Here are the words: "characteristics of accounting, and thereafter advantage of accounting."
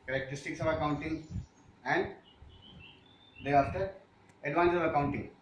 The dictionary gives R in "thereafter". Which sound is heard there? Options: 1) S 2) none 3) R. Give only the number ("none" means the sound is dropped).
2